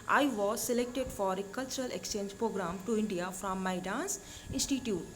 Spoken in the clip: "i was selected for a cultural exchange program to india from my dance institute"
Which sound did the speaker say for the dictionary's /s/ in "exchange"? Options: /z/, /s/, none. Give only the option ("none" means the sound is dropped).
/s/